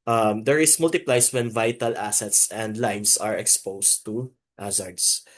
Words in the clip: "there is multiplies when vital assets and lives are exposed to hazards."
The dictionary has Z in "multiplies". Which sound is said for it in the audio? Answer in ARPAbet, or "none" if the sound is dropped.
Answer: S